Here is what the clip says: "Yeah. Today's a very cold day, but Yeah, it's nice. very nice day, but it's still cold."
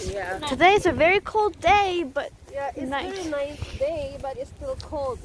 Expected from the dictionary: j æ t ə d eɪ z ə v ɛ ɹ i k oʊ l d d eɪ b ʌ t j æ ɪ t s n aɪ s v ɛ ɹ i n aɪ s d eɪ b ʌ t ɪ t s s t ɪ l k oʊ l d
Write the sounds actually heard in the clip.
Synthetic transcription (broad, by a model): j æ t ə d eɪ s ə v ɛ ɹ i k oʊ l d d eɪ b ʌ t j æ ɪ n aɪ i n aɪ s d eɪ b ʌ t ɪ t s s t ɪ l k oʊ l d